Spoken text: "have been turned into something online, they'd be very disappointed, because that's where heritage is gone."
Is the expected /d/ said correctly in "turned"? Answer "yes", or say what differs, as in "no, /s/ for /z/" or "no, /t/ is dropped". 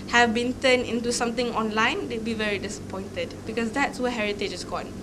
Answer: no, /d/ is dropped